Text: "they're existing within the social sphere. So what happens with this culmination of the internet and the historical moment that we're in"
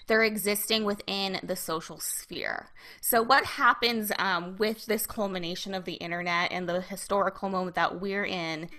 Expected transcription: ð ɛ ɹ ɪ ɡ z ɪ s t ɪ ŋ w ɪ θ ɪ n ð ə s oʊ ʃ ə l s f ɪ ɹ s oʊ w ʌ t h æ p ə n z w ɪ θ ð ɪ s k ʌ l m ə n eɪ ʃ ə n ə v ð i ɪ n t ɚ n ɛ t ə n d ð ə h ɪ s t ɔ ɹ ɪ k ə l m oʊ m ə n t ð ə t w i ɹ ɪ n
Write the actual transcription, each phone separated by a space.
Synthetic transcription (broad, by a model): ð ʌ ɹ ɪ ɡ z ɪ s t ɪ ŋ w ɪ θ ɪ n ð ə s oʊ ʃ l s f ɪ ɹ s oʊ w ʌ t h æ p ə n z w ɪ ð ɪ s k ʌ l m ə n eɪ ʃ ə n ə v ð i ɪ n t ɚ n ɛ t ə n ð ə h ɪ s t ɔ ɹ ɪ k l m oʊ m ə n ð ə t w i ɹ ɪ n